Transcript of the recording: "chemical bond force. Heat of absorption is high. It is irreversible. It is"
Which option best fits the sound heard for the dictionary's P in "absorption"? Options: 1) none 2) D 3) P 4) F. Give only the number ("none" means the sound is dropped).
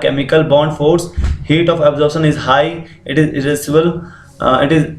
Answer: 1